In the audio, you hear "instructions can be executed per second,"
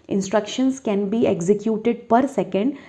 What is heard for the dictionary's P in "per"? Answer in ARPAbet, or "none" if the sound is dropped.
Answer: P